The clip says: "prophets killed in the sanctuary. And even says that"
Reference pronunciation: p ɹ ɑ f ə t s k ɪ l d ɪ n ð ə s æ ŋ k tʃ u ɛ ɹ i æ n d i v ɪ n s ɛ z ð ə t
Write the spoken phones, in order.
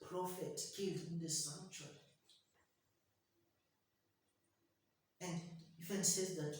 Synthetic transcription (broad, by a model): p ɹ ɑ f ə t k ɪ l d ɪ n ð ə s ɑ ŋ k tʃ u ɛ n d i f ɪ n s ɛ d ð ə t